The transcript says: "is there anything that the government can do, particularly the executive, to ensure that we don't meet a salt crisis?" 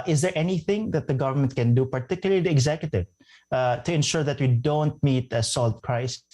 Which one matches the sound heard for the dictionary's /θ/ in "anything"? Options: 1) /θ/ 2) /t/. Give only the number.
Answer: 1